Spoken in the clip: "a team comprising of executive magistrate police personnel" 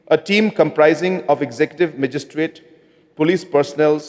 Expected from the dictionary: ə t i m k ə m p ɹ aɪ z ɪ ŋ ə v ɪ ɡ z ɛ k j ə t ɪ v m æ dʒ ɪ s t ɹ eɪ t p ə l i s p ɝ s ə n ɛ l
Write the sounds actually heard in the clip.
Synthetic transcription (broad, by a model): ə t i m k ə m p ɹ aɪ z ɪ ŋ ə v ɪ ɡ z ɛ k j ə t ɪ v m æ dʒ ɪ s t ɹ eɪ t p ə l i s p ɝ s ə n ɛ l